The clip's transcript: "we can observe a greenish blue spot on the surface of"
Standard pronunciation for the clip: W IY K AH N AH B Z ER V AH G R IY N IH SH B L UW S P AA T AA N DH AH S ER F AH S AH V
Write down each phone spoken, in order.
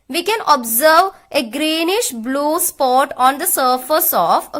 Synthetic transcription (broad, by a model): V IY K AH N AH B Z ER V AH G R IY N IH SH B L UW S P AA T AA N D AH S ER F AH S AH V